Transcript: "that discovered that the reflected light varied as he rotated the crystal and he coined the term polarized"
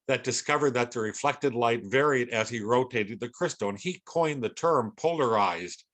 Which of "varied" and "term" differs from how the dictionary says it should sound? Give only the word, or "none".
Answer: none